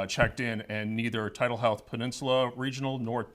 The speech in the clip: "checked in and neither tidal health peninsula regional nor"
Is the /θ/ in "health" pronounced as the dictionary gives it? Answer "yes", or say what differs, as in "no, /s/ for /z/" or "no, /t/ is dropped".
yes